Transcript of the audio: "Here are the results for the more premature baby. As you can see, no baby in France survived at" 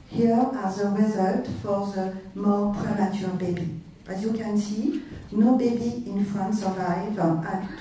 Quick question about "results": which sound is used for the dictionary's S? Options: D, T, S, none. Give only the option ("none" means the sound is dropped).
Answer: none